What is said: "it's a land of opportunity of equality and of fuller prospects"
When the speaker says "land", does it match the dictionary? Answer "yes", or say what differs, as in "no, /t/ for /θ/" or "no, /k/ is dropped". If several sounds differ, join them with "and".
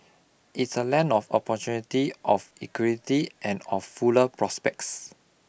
no, /d/ is dropped